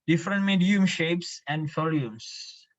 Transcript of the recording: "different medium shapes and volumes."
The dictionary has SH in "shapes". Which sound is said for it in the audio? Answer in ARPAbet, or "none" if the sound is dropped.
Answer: SH